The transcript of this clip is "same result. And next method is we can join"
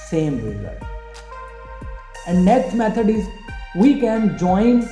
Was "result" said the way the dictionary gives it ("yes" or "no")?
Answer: no